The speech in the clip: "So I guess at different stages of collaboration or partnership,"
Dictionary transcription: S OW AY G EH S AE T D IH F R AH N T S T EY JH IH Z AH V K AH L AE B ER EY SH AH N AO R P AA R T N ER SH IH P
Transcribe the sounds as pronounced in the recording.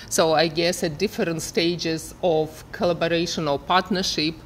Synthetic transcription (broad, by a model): S OW AY G EH S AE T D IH F R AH N T S T EY JH IH Z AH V K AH L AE B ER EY SH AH N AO L P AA R T N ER SH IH P